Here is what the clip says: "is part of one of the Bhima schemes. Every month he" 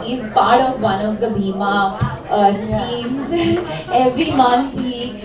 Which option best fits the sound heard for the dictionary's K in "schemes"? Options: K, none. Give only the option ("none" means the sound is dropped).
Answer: none